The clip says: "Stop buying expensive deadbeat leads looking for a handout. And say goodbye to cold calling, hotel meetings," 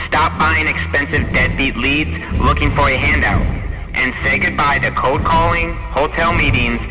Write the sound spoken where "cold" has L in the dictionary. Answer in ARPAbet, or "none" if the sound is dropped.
none